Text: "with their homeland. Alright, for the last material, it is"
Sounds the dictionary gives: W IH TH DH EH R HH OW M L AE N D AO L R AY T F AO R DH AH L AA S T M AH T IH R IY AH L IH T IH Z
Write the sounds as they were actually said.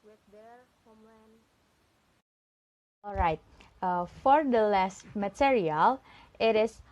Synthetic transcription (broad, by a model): W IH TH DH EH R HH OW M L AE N AO L R AY T F AO R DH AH L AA S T M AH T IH R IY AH L IH T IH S